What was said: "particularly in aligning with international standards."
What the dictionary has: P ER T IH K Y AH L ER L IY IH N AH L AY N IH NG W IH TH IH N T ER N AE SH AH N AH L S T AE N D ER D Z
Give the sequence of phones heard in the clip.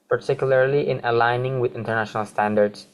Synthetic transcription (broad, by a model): P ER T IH K Y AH L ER L IY IH N AH L AY N IH NG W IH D IH N T ER N AE SH AH N AH L S T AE N D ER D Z